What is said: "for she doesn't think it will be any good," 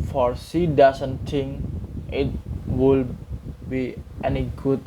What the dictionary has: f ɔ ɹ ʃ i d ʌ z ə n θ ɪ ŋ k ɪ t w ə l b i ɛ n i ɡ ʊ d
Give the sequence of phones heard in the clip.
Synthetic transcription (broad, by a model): f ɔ ɹ s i d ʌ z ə n t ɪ ŋ ɪ t w ə l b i ɛ n i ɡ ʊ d